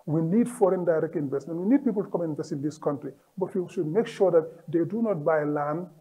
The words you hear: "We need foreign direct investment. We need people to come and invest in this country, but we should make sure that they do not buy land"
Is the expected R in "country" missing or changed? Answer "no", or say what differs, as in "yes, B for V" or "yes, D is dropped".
no